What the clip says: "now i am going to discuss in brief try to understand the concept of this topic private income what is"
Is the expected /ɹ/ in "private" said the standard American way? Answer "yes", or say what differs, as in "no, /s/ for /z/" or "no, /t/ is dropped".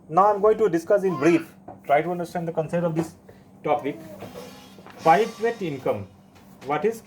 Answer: no, /ɹ/ is dropped